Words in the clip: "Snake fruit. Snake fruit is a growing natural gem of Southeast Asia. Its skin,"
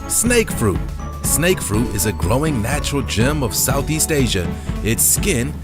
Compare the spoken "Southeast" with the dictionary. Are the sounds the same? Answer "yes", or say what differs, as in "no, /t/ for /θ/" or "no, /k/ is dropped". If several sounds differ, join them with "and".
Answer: yes